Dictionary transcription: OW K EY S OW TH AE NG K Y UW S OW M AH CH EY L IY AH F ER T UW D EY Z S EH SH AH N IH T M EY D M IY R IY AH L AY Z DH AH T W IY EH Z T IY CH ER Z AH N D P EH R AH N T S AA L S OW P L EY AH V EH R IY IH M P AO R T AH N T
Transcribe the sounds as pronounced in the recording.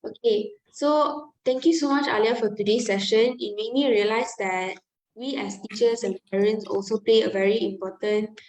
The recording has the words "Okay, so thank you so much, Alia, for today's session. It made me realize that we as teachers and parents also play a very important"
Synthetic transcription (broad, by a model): OW K EY S OW T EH NG K Y UW S OW M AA CH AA L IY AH F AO T UW D EY S EH SH AH N IH T M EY M IY R IY AH L AY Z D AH T W IY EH S T IY CH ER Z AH N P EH R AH N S AA L S OW P L EY AH V EH R IY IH M P AO T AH N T